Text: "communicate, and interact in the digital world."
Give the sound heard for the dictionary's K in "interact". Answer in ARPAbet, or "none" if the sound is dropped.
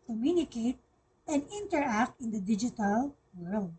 K